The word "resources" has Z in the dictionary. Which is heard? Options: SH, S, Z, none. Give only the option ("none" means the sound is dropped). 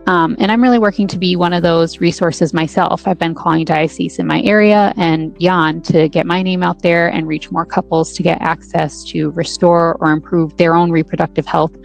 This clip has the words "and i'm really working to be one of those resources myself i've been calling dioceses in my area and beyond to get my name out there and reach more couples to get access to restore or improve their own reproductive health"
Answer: Z